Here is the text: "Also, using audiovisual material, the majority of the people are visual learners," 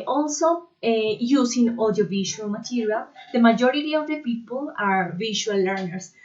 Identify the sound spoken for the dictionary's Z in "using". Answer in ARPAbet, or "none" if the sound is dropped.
S